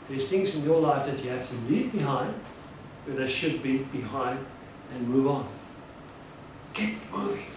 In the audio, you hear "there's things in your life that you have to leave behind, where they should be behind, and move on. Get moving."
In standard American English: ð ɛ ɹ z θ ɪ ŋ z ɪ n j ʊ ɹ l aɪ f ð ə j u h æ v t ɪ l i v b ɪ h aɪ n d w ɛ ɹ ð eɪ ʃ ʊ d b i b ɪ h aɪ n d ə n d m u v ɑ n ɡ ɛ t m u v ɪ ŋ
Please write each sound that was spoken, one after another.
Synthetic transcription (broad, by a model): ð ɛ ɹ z θ ɪ ŋ z ɪ n j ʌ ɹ l aɪ f ð ə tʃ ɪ h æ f t ɪ l i v b ɪ h aɪ n d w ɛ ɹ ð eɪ ʃ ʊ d b i b ɪ h aɪ n d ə n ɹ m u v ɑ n ɡ ɛ t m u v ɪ